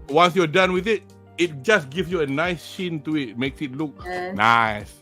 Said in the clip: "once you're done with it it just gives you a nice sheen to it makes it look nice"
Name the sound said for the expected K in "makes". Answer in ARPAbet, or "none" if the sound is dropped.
K